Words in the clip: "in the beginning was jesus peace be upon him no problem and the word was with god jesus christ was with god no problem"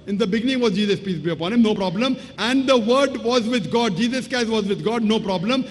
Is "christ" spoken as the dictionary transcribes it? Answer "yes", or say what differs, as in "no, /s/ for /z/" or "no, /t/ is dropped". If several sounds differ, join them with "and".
no, /ɹ/ is dropped